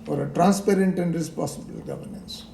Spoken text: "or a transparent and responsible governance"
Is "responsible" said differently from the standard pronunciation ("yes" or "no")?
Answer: yes